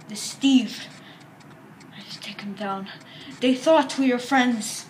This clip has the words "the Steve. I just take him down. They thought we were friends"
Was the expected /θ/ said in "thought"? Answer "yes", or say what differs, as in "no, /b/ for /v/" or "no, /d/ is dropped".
yes